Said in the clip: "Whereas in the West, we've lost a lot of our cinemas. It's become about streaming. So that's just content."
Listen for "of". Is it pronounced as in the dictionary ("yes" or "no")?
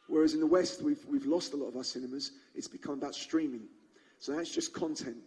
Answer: yes